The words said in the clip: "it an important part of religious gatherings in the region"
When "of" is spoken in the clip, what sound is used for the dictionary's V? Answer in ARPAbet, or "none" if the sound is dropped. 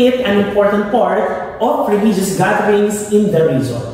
P